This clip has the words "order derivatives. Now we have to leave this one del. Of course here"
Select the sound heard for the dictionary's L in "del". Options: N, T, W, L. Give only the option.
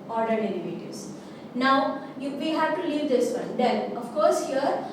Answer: N